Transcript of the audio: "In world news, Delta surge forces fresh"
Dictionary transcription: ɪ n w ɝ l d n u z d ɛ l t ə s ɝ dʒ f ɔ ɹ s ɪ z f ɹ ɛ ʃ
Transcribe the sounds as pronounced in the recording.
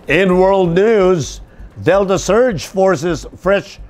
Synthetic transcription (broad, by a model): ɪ n w ɝ l d n u z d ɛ l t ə s ɝ dʒ f ɔ ɹ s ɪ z f ɹ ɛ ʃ